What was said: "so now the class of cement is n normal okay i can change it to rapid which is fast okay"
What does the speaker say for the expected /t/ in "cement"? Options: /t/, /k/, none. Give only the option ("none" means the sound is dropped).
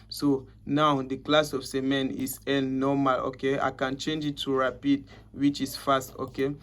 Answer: none